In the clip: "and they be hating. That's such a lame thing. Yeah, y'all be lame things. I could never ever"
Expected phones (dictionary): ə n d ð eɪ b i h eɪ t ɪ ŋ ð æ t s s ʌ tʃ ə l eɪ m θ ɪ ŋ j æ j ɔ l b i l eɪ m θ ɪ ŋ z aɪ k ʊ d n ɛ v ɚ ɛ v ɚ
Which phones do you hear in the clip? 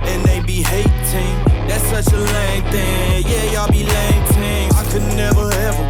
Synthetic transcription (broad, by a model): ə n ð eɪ b i h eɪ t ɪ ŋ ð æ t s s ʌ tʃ ə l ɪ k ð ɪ j æ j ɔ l b i l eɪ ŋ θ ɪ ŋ aɪ k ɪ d n ɛ v ɚ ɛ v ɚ